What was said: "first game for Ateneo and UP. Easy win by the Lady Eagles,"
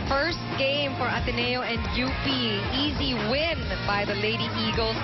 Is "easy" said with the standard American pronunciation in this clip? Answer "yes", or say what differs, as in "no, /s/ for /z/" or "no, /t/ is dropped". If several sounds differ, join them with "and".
yes